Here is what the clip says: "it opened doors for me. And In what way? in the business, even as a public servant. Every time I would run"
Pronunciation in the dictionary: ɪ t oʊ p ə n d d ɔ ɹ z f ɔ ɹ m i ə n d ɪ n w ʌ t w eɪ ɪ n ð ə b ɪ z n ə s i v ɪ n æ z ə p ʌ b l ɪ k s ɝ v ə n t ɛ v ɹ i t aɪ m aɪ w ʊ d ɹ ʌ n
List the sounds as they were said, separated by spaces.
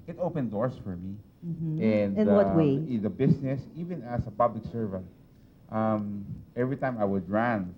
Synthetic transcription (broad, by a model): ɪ t oʊ p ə n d d ɔ ɹ s f ɔ ɹ m i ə n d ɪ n w ʌ t w eɪ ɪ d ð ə b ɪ s n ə s i v ɪ n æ s ə p ʌ b l ɪ k s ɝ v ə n t ɛ v ɹ i t aɪ m aɪ w ʊ d ɹ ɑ n